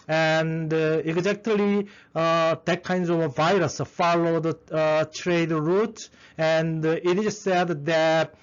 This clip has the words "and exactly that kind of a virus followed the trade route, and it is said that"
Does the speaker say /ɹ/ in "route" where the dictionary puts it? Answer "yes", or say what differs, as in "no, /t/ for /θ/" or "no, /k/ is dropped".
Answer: yes